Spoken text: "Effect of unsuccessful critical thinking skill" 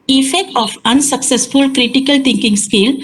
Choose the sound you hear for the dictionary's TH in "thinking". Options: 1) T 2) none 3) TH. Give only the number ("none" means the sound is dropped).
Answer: 1